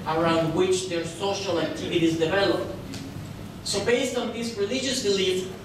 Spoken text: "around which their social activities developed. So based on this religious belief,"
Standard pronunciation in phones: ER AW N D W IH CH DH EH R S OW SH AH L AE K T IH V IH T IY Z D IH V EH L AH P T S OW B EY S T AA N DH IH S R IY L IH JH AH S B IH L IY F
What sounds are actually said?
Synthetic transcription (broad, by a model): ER AW N D W IH CH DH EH R S OW SH AH L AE K T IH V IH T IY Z D IH V EH L AH P T S OW B EY S T AA N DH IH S R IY L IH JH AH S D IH L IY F